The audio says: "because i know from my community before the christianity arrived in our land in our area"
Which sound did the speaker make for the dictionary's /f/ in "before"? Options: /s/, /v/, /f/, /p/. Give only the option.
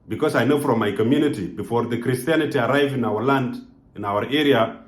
/f/